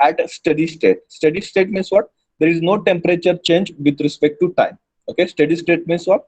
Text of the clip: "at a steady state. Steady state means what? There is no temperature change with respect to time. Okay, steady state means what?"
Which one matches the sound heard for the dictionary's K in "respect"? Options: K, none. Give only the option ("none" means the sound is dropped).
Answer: K